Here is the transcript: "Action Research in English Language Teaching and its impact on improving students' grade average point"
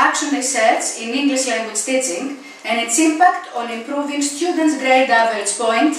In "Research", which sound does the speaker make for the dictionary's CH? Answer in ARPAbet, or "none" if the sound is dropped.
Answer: S